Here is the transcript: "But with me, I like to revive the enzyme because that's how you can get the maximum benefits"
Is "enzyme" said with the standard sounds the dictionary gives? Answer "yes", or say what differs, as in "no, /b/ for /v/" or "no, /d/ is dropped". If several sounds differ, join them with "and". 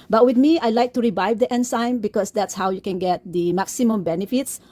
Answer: no, /s/ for /z/